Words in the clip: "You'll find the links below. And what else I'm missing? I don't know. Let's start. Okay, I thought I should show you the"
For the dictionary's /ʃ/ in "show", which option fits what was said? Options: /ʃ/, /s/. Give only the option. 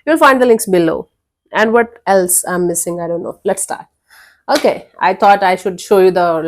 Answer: /ʃ/